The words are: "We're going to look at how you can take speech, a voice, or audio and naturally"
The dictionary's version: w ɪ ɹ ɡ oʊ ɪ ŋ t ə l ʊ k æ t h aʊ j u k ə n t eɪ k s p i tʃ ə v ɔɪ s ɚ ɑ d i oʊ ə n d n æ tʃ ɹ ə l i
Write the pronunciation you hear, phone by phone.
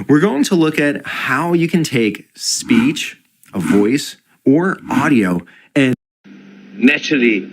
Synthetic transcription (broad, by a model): w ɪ ɹ ɡ oʊ ɪ ŋ t ə l ʊ k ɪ t h aʊ j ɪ k ə n t eɪ k s p i tʃ ə v ɔɪ s ɚ ɑ d i oʊ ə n n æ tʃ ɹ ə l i